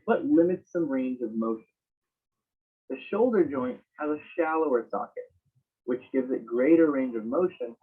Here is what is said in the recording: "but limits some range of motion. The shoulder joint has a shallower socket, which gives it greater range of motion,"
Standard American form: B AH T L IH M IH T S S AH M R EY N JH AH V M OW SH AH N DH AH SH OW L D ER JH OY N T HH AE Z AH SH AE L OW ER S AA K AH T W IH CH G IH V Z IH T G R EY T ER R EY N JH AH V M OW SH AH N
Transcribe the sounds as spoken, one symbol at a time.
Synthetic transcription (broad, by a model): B AH T L IH M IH T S S AH M R EY N JH AH V M OW SH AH N DH AH SH OW L D ER JH OY N T HH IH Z AH SH AE L OW ER S AA K AH T W IH CH G IH V Z IH T G R EY T ER R EY N JH AH V M OW SH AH N